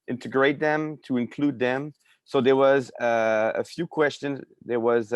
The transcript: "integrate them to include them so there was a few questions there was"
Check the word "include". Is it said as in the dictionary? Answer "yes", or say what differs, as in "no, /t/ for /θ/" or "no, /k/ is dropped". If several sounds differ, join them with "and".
yes